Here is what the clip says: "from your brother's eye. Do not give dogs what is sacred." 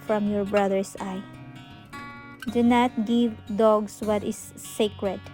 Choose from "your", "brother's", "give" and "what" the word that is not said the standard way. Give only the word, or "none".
brother's